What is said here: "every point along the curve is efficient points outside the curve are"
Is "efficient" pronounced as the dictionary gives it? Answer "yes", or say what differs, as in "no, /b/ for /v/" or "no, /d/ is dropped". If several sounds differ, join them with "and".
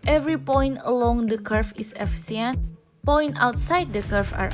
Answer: no, /s/ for /ʃ/